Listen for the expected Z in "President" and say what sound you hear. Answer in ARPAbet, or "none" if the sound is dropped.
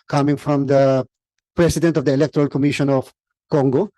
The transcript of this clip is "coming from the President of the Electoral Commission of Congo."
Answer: S